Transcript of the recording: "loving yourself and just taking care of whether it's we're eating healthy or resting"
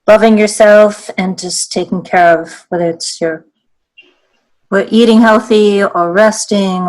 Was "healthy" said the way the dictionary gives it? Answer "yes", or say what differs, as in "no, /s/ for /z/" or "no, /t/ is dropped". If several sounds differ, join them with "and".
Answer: yes